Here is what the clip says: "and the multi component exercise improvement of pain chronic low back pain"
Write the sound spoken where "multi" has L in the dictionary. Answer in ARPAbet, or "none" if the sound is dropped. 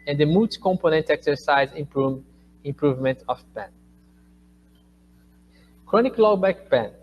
none